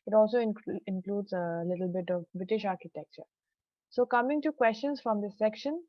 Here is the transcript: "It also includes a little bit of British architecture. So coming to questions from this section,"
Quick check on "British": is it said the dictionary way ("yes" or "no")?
yes